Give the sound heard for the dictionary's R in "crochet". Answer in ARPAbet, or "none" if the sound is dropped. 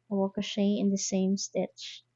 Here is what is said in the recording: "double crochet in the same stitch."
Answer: none